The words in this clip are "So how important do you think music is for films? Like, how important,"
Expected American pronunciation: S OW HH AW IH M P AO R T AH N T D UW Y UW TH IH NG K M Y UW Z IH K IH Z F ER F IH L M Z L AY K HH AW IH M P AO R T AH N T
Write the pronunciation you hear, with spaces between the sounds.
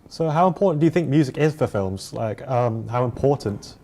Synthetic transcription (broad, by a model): S OW HH AW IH M P AO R T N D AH Y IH TH IH NG K M Y UW Z IH K IH Z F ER F IH L M Z L AY K HH AW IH M P AO R T N T